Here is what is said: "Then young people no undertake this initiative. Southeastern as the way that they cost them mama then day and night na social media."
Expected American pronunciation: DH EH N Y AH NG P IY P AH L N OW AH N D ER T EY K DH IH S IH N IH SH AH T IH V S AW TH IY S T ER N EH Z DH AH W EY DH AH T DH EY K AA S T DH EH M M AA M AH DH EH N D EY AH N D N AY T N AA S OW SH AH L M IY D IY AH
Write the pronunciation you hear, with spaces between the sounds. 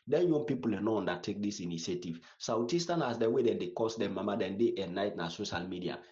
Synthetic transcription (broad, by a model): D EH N Y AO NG P IY P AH L N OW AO N D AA T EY K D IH S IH N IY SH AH T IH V S AW T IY S T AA N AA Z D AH W EY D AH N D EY K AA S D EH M M AA M AH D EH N D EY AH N N AY T N AA S OW SH AH L M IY D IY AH